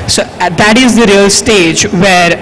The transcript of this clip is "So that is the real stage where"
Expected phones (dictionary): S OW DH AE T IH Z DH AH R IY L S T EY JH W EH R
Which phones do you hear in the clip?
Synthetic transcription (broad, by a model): S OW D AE T IH Z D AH R IY L S T EY JH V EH R